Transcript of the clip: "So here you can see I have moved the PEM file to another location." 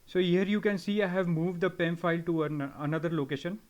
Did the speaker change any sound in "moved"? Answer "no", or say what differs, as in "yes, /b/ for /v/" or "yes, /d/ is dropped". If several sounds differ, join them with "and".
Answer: no